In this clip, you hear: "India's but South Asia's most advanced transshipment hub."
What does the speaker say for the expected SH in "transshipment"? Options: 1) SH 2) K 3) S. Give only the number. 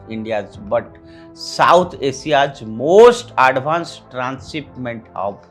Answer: 3